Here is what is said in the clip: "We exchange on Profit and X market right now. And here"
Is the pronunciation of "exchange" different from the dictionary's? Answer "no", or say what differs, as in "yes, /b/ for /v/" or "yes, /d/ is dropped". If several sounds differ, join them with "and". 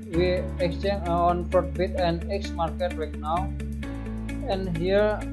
yes, /dʒ/ is dropped